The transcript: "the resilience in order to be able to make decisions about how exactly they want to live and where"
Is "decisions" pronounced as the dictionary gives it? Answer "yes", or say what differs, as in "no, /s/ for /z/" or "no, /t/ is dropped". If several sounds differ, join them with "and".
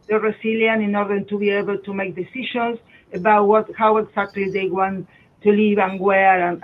no, /ʃ/ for /ʒ/